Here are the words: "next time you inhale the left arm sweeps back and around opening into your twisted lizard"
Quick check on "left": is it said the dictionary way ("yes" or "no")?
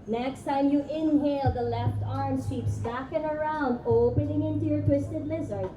yes